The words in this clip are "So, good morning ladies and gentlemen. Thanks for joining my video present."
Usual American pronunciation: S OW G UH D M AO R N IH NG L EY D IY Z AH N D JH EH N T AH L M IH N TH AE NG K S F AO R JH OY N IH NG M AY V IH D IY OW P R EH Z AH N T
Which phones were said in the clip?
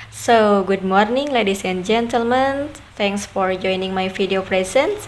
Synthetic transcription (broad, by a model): S OW G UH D M AO R N IH NG L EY D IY S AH N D JH EH N T AH L M IH N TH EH NG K S F AO R JH OY N IH NG M AY F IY D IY OW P R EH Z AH N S